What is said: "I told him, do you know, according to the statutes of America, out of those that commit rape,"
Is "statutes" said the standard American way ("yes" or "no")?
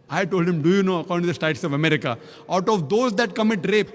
no